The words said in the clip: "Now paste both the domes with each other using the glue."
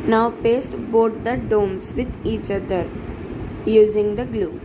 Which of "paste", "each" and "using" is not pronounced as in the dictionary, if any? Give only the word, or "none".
none